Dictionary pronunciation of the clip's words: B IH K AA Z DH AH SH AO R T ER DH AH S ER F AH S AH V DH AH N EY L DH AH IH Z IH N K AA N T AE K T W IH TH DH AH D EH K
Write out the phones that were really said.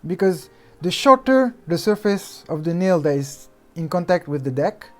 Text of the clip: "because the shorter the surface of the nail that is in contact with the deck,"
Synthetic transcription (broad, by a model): B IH K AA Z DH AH SH AO R T ER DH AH S ER F AH S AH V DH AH N EY L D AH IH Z IH N K AA N T AE K T W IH DH AH D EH K